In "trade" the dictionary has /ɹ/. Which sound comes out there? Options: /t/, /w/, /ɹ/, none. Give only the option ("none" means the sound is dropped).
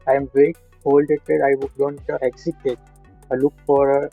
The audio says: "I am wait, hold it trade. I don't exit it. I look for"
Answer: none